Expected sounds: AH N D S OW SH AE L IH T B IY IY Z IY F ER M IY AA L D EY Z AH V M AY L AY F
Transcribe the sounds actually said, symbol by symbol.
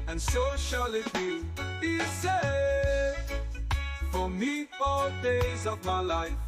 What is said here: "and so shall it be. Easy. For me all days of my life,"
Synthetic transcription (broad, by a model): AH N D S OW SH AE L IH T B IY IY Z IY F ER M IY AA D EY Z AH V M AY L AY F